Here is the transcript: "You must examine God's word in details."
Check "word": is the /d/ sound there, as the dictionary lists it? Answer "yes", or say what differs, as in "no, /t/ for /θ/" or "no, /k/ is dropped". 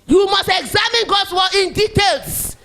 no, /d/ is dropped